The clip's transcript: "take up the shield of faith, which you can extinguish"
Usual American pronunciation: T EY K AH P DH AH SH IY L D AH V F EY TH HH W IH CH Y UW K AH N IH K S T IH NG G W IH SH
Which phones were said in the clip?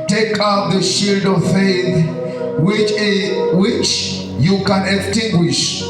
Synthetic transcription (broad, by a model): T EY K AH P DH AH SH IY L D AH V F EY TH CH W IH CH Y UW K AH N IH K S T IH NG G W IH SH